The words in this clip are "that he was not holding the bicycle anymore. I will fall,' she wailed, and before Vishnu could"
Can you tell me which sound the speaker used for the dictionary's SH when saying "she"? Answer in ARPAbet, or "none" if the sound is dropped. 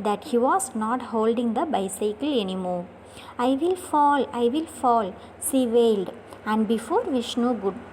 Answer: S